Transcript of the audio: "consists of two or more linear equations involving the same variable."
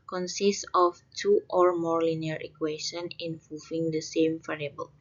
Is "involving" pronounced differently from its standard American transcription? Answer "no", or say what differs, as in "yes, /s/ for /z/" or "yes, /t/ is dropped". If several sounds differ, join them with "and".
yes, /l/ is dropped